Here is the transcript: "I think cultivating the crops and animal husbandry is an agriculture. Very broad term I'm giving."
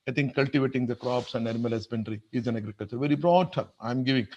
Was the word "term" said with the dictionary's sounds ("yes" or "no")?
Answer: no